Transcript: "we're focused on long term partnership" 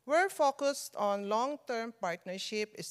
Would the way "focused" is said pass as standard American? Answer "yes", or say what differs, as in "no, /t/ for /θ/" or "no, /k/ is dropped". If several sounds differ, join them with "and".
yes